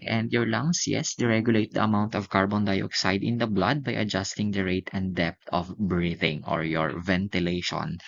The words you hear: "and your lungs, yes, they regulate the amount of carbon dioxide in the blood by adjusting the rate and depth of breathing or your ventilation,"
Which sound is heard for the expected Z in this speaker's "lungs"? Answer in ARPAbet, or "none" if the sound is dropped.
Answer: S